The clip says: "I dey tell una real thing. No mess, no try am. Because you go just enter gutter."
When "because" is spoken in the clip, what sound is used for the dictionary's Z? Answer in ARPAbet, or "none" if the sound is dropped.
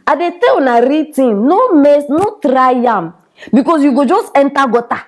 S